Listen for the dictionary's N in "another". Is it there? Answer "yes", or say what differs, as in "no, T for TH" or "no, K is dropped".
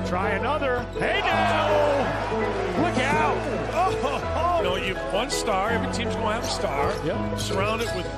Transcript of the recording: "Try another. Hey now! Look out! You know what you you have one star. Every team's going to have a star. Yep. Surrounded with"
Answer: yes